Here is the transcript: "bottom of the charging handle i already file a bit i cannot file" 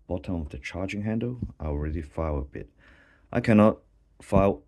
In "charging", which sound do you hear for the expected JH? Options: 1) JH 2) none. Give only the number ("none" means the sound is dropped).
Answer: 1